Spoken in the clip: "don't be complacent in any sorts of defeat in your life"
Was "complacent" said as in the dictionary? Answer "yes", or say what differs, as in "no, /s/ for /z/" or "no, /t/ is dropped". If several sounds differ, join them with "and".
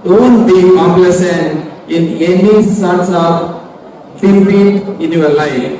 no, /p/ is dropped and /t/ is dropped